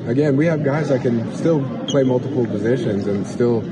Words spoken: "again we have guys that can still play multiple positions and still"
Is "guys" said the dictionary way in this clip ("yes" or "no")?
yes